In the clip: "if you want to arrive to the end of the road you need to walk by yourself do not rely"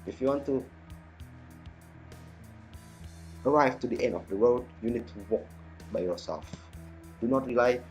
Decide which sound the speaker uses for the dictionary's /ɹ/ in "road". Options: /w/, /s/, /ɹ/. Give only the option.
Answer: /w/